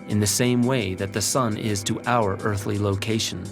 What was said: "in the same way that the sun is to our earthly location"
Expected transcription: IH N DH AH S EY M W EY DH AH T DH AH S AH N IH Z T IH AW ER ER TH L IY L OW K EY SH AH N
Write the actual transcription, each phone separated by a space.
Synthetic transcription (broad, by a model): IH N DH AH S EY M W EY DH AH T DH AH S AH N IH Z T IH AW ER ER TH L IY L OW K EY SH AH N